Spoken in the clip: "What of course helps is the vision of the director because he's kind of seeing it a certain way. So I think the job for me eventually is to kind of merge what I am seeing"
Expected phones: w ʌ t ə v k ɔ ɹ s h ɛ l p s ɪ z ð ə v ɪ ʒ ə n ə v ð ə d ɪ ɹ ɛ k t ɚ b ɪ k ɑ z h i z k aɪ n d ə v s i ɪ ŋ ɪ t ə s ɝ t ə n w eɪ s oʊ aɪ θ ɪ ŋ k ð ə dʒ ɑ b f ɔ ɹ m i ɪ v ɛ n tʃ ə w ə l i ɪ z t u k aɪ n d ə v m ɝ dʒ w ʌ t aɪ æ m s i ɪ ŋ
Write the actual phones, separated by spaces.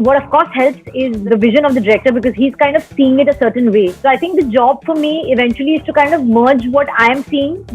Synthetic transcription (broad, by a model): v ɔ t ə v k ɔ ɹ s h ɛ l p s ɪ z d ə v ɪ ʒ ə n ə v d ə d ɪ ɹ ɛ k t ɚ b ɪ k ɑ z h i z k aɪ n d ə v s i ɪ ŋ ɪ t ə s ɝ t ə n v eɪ s oʊ aɪ t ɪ ŋ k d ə dʒ ɑ b f ɔ ɹ m i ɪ v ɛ n tʃ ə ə l i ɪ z t u k aɪ n d ə v m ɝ dʒ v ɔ t aɪ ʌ m s i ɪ ŋ